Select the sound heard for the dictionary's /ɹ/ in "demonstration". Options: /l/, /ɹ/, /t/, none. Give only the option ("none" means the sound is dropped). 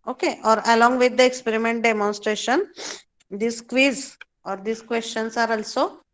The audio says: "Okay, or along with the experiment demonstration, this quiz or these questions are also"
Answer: /ɹ/